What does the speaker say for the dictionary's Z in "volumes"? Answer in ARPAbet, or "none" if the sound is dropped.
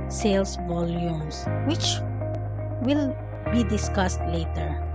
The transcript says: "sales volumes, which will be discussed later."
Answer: S